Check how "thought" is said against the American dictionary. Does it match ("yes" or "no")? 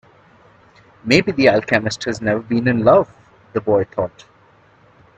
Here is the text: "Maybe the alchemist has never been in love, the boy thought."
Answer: no